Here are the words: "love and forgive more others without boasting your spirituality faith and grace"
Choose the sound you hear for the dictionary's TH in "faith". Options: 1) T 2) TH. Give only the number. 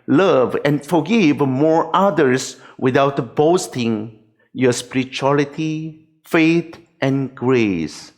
1